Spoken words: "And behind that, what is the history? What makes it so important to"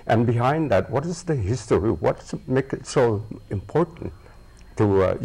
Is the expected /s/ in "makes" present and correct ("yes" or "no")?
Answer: no